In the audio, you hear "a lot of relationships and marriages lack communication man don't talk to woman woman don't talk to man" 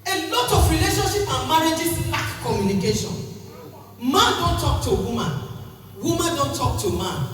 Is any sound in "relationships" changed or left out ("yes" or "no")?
yes